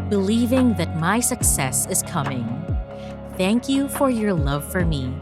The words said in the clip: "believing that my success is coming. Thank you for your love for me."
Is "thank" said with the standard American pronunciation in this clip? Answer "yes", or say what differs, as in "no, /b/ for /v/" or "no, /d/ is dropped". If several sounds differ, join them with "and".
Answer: yes